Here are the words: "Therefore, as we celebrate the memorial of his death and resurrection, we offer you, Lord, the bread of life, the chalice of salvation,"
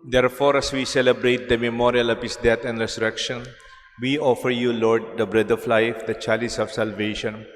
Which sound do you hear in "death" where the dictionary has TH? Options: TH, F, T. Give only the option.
T